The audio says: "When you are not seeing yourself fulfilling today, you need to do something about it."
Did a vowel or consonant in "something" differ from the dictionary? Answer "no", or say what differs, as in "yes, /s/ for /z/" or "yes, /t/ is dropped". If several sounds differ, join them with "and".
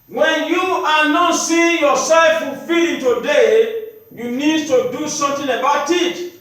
yes, /t/ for /θ/